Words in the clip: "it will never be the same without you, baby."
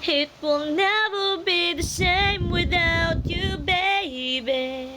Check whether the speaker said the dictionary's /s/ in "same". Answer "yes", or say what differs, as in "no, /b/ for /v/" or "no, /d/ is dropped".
no, /ʃ/ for /s/